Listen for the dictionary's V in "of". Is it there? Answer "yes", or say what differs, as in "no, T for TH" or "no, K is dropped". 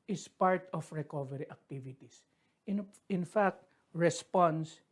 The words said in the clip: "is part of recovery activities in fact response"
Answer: no, F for V